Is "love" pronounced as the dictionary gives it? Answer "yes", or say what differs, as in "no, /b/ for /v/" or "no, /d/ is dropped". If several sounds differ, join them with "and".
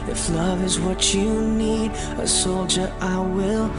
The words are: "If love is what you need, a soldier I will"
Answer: yes